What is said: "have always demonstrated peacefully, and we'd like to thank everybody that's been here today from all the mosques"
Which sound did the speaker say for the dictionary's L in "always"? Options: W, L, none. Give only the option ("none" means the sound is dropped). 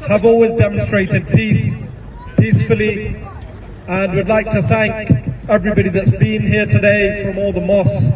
L